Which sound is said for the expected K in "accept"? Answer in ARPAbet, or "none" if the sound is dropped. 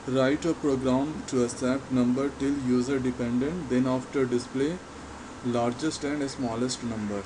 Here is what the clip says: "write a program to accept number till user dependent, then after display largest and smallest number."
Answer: none